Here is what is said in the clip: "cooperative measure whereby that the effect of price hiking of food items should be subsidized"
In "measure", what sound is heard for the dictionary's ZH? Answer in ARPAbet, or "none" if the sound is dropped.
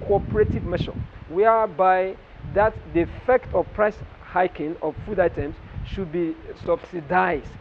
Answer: SH